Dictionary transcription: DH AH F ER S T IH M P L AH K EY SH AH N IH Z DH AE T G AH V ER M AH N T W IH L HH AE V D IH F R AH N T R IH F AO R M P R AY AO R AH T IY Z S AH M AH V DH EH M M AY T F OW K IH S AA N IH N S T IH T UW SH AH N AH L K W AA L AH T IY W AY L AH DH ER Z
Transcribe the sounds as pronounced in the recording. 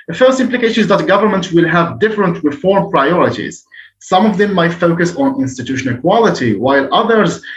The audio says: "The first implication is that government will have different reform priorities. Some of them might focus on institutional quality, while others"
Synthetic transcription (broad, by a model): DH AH F ER S T IH M P L AH K EY SH AH N IH Z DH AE T G AH V ER M AH N T W IH L HH AE V D IH F R AH N T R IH F AO R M P R AY AO R AH T IY Z S AH M AH V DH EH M M AY T F OW K IH S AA N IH N S T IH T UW SH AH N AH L K W AA L AH T IY W AY L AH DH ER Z